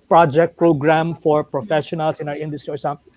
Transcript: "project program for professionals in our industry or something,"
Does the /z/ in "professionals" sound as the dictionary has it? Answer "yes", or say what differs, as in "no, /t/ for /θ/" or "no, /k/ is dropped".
no, /s/ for /z/